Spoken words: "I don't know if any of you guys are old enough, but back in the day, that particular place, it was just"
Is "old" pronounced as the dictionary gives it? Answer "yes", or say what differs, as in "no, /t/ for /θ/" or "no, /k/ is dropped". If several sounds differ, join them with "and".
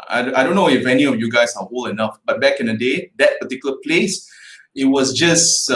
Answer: no, /d/ is dropped